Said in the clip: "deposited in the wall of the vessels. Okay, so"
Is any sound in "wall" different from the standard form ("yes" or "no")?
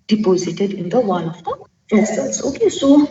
yes